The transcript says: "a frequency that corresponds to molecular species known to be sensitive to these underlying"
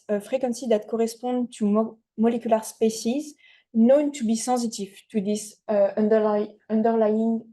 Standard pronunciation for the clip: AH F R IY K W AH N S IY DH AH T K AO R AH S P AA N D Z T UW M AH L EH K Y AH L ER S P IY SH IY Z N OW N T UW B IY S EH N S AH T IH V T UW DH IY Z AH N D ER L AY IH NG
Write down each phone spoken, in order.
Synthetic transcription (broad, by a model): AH F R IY K W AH N S IY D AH T K AO R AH S P AA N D T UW M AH L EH K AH L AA S P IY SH IY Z N OW N T UW B IY S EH S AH T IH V T UW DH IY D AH N D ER L AY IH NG